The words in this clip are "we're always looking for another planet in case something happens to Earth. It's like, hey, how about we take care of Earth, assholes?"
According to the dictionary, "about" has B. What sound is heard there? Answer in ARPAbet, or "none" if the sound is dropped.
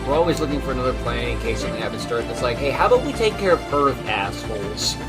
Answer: none